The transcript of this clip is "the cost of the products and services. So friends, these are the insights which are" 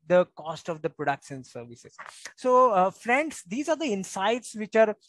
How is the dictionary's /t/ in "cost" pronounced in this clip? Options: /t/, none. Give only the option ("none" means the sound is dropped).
/t/